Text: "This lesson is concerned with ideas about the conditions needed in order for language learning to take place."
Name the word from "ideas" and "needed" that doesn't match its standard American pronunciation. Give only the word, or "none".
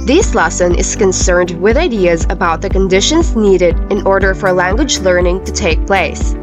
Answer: none